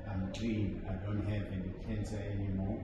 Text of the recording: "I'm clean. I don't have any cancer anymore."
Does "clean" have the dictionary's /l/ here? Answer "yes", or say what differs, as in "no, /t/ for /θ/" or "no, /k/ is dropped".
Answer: no, /w/ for /l/